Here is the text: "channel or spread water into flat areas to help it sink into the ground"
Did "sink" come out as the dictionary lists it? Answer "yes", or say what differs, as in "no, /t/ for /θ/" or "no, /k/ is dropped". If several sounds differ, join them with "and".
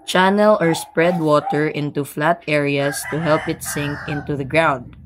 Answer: yes